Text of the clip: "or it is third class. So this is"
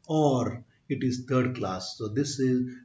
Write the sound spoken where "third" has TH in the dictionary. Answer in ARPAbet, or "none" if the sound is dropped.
T